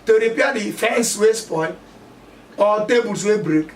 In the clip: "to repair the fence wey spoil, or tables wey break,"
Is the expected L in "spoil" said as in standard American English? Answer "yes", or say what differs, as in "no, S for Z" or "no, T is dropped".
no, N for L